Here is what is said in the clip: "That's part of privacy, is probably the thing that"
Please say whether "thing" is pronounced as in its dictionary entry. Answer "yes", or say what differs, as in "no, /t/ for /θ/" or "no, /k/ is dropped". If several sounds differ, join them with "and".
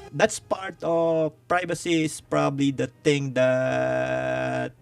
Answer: no, /t/ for /θ/